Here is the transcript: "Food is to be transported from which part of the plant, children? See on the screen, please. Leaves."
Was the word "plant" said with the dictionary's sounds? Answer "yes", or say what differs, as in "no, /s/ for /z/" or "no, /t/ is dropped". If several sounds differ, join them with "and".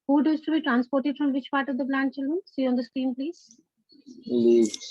no, /b/ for /p/